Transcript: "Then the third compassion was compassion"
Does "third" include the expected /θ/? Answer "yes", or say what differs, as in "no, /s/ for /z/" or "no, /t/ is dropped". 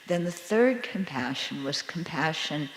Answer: yes